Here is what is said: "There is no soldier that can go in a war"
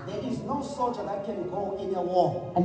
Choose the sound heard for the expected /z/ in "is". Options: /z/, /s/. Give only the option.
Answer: /z/